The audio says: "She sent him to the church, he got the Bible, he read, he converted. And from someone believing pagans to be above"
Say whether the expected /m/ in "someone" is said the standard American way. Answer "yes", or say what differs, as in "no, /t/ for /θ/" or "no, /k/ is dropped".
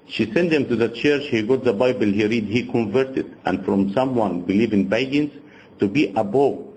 yes